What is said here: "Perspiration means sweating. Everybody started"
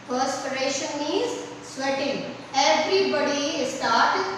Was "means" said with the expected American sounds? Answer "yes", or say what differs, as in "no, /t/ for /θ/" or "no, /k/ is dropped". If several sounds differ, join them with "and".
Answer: no, /n/ is dropped